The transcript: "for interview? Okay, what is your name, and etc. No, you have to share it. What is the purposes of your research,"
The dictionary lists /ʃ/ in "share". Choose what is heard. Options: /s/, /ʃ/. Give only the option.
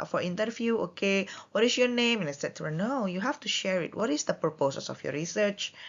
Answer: /ʃ/